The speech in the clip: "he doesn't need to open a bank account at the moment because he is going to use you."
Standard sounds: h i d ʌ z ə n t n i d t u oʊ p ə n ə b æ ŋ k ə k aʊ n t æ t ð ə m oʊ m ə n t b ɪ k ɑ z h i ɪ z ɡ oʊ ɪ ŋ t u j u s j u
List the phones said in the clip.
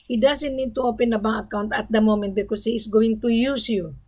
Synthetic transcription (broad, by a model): h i d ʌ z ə n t n i d t u oʊ p ə n ə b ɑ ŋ ə k aʊ n t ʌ t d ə m oʊ m ə n t b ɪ k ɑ s h i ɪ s ɡ oʊ ɪ ŋ t u j u s j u